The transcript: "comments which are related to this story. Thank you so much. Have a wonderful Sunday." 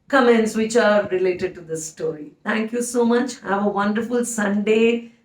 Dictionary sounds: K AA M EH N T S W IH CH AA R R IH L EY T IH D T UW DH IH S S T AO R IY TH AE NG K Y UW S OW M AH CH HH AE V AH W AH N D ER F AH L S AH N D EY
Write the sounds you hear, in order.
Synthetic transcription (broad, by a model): K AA M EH N T S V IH CH AA R R IH L EY T IH D T UW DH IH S S T AO R IY T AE NG K Y UW S OW M AH CH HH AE V AH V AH N D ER F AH L S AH N D EY